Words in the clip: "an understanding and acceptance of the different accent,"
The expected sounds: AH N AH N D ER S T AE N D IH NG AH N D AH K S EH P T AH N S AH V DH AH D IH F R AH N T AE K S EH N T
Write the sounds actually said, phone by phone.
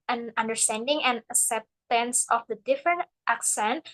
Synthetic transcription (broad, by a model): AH N AH N D ER S T AE N D IH NG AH N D AH K S EH P T AH N S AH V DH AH D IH F R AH N T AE K S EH N T